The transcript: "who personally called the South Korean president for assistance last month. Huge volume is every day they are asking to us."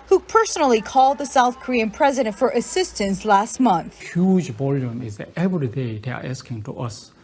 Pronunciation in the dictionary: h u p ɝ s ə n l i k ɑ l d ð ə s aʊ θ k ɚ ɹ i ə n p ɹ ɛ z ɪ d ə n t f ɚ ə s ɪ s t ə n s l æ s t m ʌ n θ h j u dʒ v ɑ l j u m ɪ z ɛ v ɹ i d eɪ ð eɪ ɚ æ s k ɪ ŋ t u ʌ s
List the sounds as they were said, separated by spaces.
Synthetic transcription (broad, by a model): h u p ɝ s ə n l i k ɑ l d ð ə s aʊ θ k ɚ ɹ i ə n p ɹ ɛ z ɪ d ə n t f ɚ ə s ɪ s t ə n s l æ s t m ʌ n θ h j u dʒ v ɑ l j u m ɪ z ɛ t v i d eɪ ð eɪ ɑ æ s k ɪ ŋ t u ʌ s